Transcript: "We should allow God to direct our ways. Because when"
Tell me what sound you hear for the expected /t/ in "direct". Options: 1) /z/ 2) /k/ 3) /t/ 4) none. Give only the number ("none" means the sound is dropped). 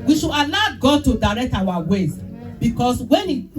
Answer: 3